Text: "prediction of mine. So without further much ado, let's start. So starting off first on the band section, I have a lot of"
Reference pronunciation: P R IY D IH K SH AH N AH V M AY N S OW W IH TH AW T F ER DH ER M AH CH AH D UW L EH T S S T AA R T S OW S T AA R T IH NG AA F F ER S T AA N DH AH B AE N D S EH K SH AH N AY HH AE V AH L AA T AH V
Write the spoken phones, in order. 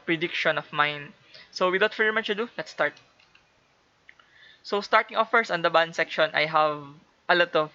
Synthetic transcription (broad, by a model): P R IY D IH K SH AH N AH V M AY N S OW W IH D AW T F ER ER M AH CH AH D UW L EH T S S T AA R T S OW S T AA R T IH NG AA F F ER S AA N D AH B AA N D S EH K SH AH N AY HH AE V AH L AA T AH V